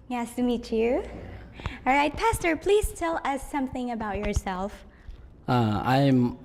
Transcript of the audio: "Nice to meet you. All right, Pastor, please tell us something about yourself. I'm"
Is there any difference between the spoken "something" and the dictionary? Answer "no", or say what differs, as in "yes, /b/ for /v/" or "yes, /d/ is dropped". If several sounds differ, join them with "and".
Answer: no